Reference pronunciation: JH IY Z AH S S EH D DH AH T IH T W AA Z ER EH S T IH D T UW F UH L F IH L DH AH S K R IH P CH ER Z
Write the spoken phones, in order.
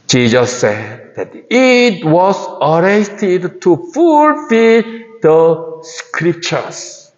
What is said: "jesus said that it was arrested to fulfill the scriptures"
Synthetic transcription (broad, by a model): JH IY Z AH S S EH D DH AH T IH T W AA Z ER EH T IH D T UW F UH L F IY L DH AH S K R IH P CH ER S